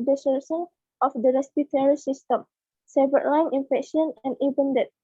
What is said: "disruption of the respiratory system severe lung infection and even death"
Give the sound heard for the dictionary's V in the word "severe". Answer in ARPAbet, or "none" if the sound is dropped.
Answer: B